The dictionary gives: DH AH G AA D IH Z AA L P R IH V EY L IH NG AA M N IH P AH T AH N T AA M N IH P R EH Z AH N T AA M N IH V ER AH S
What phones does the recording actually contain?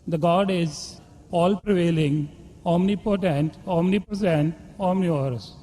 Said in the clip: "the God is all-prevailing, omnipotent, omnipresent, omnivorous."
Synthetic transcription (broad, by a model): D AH G AA D IH Z AA L P R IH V EY L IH NG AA M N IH P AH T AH N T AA M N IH P AH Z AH N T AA M N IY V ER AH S